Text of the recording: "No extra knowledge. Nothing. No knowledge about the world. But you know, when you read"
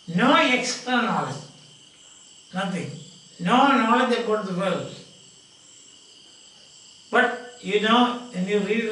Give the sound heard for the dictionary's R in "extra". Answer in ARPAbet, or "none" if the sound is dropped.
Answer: none